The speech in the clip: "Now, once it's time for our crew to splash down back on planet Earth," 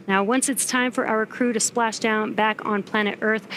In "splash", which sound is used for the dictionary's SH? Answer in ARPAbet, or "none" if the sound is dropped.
SH